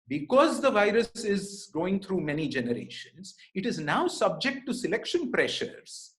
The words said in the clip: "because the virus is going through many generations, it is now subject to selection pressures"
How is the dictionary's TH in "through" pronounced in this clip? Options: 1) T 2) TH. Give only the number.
1